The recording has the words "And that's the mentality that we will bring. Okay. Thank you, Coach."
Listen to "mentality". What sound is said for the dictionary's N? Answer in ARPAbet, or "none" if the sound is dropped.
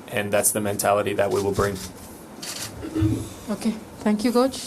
N